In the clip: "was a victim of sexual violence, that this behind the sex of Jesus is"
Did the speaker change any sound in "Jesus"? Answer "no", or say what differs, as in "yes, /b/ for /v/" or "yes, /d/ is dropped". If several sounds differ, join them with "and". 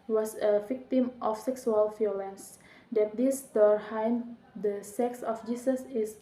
yes, /s/ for /z/